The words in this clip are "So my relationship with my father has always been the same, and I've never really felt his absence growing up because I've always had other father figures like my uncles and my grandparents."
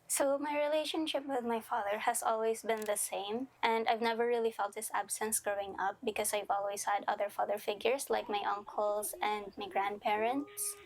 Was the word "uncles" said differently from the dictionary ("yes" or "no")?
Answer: yes